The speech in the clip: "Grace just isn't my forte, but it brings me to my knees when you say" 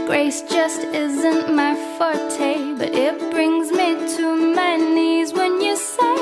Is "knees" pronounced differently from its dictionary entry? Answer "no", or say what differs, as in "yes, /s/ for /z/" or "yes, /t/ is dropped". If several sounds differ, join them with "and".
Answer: no